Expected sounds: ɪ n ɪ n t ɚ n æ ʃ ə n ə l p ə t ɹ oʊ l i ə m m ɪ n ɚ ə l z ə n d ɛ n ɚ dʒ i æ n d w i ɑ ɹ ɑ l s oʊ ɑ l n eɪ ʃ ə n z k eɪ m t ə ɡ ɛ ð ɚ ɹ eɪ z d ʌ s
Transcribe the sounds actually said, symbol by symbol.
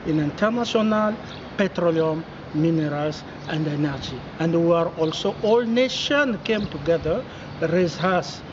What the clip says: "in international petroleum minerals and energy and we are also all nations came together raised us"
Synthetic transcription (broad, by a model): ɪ n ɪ n t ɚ n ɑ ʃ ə n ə l p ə t ɹ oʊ l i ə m m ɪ n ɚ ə l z ə n d ɛ n ɚ dʒ i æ n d w i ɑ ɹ ɑ l s oʊ ɑ l n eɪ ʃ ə n k eɪ m t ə ɡ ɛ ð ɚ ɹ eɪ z ʌ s